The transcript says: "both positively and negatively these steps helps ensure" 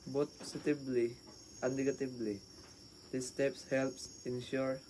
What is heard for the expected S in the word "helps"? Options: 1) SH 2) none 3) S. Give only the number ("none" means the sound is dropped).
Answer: 3